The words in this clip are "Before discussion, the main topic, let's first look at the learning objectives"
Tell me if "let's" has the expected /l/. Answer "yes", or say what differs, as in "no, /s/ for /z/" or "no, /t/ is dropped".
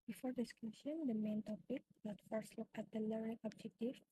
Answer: no, /n/ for /l/